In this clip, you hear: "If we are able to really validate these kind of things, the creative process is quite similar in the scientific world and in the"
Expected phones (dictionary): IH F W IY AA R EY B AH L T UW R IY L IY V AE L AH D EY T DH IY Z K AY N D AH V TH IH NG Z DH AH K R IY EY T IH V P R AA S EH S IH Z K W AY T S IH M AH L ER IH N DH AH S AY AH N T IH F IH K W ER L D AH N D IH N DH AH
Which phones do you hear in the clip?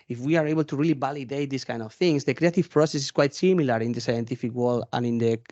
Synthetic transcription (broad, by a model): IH F W IY AA R EY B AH L T UW R IY L IY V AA L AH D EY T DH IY S K AY N D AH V TH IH NG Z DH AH K R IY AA T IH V P R AA S EH S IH S K W AY T S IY M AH L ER IH N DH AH S AY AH N T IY F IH K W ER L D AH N IH N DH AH